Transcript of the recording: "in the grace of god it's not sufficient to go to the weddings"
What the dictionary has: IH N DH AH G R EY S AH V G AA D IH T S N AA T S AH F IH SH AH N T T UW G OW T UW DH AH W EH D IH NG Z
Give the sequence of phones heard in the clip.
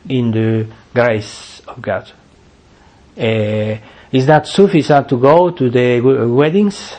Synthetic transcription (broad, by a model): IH N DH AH G R EY S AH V G AA D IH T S N AA T S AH F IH S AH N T T UW G OW T UW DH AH W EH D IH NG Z